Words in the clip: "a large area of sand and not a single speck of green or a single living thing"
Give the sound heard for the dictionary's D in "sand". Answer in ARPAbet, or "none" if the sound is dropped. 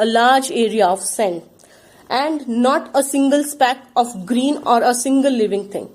none